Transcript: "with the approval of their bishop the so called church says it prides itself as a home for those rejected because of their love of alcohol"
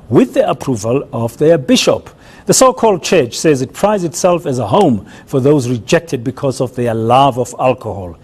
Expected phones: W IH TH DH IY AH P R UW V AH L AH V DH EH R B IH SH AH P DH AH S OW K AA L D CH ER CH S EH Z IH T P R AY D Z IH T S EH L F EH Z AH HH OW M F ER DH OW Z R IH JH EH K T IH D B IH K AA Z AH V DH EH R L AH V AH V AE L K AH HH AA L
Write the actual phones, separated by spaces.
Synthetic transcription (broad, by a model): W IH DH IY AH P R UW V AH L AH V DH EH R B IH SH AH P DH AH S OW K AA L D CH ER CH S EH Z IH T P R AY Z IH T S EH L F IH Z AH HH OW M F ER DH OW Z R IH JH EH K T IH D B IH K AA Z AH V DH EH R L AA V AH V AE L K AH HH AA L